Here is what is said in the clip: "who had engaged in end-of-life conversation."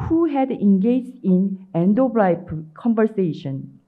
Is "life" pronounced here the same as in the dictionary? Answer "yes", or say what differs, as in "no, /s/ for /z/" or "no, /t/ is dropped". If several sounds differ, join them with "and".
no, /p/ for /f/